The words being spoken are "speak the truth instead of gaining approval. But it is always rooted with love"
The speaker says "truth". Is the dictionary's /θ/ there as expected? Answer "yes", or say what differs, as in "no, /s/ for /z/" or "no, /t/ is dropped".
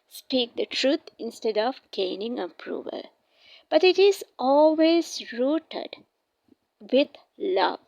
no, /t/ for /θ/